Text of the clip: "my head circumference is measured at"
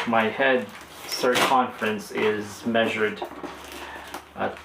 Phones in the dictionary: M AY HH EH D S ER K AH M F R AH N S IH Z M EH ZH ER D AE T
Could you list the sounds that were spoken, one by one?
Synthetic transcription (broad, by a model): M AY HH EH D S ER K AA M F R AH N S IH Z M EH ZH ER D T